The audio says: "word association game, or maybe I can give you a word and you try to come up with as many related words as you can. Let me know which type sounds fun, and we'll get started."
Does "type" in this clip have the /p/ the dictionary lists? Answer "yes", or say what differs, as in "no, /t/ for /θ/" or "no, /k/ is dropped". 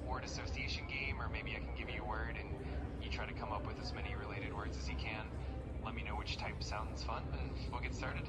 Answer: yes